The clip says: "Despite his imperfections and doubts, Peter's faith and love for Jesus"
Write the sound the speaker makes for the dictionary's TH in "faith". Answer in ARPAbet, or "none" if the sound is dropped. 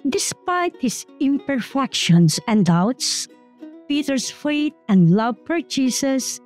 T